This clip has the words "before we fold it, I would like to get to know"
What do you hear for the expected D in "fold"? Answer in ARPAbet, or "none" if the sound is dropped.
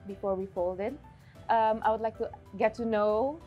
D